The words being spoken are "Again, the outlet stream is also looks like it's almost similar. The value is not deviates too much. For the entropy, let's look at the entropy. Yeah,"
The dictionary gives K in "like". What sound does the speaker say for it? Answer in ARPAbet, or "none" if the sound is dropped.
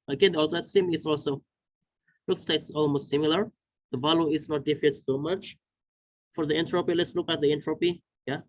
none